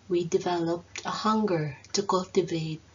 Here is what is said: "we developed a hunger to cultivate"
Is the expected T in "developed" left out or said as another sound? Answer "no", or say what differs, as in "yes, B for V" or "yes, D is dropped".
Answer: no